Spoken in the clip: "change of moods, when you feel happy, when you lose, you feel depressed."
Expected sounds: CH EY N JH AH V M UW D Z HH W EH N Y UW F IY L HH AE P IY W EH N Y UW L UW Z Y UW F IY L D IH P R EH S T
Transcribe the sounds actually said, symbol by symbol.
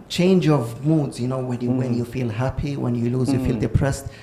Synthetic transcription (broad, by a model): CH EY N JH AH V M UW D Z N W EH N Y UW F IY L HH AE P IY W EH N Y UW L UW Z Y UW F IY L D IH P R EH S T